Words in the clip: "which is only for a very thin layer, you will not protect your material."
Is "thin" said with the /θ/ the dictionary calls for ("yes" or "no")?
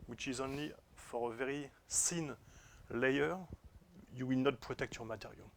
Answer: no